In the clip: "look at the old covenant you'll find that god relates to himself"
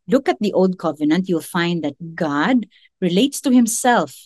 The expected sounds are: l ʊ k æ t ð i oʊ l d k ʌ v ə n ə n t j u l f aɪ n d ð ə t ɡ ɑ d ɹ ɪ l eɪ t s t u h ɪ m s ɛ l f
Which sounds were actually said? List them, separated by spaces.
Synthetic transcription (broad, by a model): l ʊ k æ t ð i oʊ l d k ʌ v ə n ə n t j u l f aɪ n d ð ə t ɡ ɑ d ɹ ɪ l eɪ t s t u h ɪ m s ɛ l f